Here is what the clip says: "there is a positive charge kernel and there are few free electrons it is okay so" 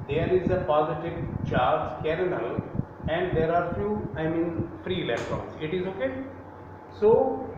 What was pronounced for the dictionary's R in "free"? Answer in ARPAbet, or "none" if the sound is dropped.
R